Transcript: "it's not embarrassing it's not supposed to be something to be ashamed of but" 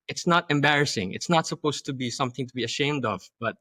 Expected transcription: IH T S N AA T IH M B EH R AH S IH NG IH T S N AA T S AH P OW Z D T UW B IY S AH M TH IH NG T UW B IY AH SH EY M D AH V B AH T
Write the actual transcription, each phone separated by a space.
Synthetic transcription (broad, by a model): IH T S N AA T IH M B EH R AH S IH NG IH T S N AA T S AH P OW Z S T UW B IY S AH M TH IH NG T UW B IY AH SH EY M D AH V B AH T